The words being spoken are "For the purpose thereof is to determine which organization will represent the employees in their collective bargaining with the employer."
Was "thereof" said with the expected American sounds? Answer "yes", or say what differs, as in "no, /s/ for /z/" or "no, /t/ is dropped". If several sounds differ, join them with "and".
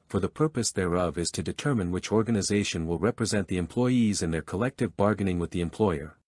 yes